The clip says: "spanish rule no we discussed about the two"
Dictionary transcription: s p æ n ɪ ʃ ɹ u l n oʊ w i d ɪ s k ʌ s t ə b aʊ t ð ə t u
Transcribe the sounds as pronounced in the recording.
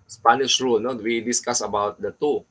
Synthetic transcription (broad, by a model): s p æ n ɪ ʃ ɹ u l n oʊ w i d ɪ s k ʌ s ə b aʊ t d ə t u